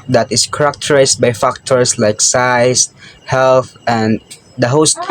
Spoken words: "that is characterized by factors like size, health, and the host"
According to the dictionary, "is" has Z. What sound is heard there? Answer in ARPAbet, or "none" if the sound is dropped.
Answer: S